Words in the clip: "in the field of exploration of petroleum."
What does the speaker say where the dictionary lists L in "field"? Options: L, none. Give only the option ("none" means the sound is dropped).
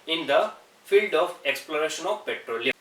L